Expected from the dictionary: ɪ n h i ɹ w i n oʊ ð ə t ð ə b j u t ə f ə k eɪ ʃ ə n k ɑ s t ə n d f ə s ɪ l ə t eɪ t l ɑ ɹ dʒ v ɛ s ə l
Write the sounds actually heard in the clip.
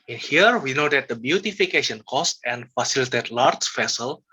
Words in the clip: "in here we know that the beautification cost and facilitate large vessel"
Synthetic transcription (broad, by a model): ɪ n h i ɹ w i n oʊ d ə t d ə b j u t ə f ə k eɪ ʃ ə n k ɑ s t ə n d f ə s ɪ l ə t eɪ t l ɑ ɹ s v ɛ s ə l